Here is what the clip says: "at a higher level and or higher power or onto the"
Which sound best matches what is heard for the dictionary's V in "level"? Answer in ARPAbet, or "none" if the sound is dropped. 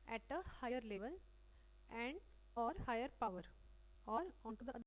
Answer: V